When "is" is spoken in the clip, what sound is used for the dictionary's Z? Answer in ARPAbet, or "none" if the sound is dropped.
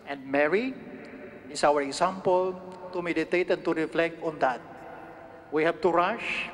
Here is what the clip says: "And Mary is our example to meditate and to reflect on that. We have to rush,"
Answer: S